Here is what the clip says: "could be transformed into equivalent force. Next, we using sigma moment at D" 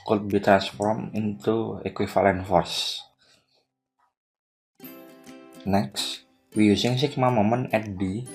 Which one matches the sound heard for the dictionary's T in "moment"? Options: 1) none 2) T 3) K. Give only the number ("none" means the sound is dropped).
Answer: 1